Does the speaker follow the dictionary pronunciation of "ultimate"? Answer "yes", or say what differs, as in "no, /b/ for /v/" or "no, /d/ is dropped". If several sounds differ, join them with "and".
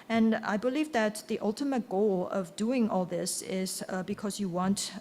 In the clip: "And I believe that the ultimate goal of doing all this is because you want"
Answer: yes